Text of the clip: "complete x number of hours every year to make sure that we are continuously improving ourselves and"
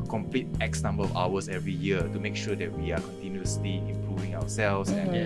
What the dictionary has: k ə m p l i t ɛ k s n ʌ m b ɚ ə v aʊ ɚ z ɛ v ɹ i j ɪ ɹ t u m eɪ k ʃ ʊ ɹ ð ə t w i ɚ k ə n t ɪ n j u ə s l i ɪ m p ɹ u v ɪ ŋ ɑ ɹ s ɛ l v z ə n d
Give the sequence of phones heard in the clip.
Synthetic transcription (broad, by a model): k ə m p l i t ɛ k s n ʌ m b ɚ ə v aʊ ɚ s ɛ v ɹ i j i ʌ t u m eɪ k ʃ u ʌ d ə t w i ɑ k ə n t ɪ n j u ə s l i ɪ m p ɹ u v ɪ ŋ ɑ w s ɛ l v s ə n